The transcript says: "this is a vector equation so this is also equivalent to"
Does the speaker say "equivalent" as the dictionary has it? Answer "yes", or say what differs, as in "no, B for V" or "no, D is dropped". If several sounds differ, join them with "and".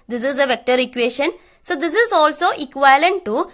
no, V is dropped